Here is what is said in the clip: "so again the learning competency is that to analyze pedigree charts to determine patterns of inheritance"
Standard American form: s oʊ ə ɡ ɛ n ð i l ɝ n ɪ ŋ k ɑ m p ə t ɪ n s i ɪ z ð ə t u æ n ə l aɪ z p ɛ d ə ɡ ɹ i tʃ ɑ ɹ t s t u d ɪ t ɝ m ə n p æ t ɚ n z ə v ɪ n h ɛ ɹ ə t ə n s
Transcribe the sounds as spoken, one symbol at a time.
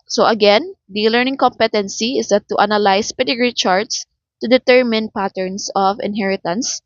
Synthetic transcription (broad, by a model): s oʊ ə ɡ ɛ n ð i l ɝ n ɪ ŋ k ɑ m p ə t ɪ n s i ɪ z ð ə t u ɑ n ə l aɪ s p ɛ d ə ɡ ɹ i tʃ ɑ ɹ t s t u d ɪ t ɝ m ə n p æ t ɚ n s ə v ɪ n h ɛ ɹ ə t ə n s